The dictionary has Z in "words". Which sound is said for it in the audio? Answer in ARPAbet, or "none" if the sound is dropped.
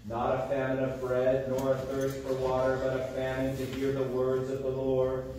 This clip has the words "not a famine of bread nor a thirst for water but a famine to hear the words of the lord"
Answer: Z